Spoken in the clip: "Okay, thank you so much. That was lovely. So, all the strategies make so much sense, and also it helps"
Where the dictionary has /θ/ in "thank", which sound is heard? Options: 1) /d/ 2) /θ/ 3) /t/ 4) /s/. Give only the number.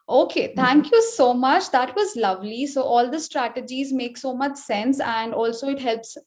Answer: 3